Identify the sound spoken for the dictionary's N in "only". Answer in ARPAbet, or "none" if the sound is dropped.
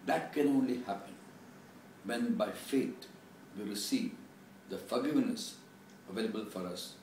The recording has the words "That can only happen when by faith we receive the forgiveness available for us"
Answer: N